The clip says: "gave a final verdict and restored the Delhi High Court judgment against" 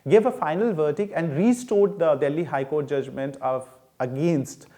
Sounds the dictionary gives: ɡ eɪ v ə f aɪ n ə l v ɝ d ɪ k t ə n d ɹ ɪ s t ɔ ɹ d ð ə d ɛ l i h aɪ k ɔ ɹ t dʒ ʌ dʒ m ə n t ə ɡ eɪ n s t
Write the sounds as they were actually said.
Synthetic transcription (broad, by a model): ɡ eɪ v ə f aɪ n ə l v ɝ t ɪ k ə n d ɹ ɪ s t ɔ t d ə d ɛ l i h aɪ k ɔ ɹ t dʒ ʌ dʒ m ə n t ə ɡ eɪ n s t